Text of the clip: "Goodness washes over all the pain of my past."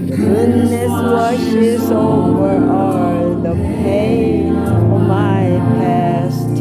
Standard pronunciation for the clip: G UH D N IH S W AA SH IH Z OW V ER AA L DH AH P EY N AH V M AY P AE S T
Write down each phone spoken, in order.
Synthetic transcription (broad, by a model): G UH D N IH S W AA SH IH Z OW V ER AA DH AH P EY AH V M AY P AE S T